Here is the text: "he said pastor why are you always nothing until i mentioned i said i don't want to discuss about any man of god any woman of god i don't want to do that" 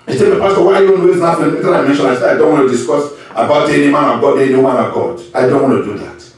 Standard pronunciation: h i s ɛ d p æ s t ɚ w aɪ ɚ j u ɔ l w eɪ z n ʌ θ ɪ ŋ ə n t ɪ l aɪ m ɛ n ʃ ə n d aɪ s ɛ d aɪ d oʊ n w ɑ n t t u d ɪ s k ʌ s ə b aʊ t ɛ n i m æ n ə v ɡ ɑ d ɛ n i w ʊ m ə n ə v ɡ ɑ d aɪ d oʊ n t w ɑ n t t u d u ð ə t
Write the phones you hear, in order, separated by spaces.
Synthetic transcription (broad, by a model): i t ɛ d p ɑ s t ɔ w aɪ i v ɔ n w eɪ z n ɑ f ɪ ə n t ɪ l aɪ m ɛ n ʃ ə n aɪ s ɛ aɪ d oʊ n w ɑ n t t u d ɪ s k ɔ s ə b aʊ t ɛ n i m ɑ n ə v ɡ ɑ d ɛ n i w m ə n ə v ɡ ɑ d aɪ d oʊ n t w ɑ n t t u d u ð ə t